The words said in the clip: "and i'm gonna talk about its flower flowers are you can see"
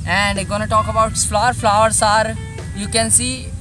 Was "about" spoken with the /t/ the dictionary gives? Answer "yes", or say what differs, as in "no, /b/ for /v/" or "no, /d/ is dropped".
no, /t/ is dropped